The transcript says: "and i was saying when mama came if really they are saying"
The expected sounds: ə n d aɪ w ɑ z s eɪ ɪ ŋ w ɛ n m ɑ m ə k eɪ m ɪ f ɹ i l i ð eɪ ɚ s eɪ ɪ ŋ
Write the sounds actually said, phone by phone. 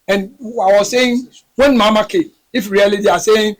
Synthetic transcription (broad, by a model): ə n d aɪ w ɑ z s eɪ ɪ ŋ w ɛ n m ɑ m ə k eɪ ɪ f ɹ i l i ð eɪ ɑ s eɪ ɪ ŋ